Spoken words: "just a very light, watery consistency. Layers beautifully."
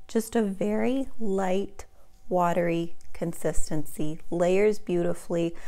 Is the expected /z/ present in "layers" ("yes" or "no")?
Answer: yes